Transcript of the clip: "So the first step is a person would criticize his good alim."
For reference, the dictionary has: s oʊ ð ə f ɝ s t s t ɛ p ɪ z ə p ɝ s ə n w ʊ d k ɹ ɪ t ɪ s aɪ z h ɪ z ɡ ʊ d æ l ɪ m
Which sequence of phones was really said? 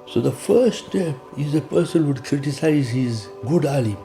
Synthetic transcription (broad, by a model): s oʊ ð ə f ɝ t s t ɛ p ɪ z ə p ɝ s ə n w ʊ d k ɹ ɪ t ɪ s aɪ z h ɪ z ɡ ʊ d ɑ l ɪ